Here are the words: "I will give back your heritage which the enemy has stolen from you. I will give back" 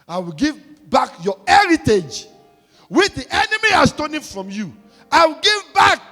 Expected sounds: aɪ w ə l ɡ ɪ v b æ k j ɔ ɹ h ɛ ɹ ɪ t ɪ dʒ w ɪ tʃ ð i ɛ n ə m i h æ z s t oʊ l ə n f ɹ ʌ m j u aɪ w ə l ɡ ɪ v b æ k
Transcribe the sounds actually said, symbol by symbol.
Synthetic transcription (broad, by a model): aɪ w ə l ɡ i v b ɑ k j ɔ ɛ ɹ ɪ t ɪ dʒ w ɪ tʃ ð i ɛ n ə m i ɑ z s t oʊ n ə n f ɹ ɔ m j u aɪ w ə l ɡ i v b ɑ k